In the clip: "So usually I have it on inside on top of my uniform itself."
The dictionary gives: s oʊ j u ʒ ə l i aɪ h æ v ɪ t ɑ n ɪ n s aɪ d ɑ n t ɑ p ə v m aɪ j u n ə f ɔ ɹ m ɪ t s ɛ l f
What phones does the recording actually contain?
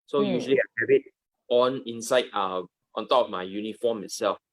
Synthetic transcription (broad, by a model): s oʊ j u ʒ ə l i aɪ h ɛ b ɪ t ɑ n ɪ n s aɪ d ɑ n t ɑ p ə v m aɪ j u n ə f ɔ m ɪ t s ɛ l f